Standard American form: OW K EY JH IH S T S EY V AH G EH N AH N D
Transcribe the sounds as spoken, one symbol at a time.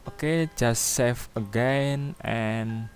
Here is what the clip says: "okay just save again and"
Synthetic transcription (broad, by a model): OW K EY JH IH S S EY F AH G EH N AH N